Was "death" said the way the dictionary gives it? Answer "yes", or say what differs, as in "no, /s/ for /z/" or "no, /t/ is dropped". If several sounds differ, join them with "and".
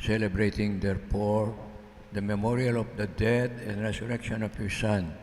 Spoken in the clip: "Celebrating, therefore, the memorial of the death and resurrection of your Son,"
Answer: no, /t/ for /θ/